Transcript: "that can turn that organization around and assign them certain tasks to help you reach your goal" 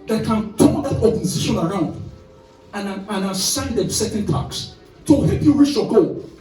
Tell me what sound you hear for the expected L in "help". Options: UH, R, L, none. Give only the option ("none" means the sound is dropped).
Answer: none